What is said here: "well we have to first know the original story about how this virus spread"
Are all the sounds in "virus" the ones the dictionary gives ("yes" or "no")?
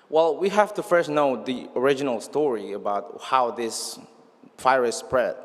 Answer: no